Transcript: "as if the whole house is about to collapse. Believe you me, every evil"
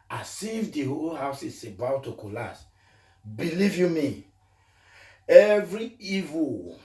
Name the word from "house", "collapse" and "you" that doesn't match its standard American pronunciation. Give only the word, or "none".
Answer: collapse